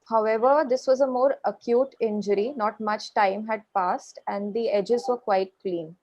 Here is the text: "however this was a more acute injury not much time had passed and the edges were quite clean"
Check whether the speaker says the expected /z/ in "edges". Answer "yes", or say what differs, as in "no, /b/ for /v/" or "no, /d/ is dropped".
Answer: yes